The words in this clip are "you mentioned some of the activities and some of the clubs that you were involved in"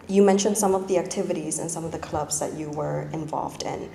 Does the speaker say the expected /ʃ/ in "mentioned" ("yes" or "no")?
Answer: yes